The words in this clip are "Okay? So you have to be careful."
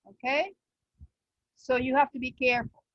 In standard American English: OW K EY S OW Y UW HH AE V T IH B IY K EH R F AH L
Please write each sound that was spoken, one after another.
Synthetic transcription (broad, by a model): OW K EY S OW Y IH HH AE F T IH B IY K EH R F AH L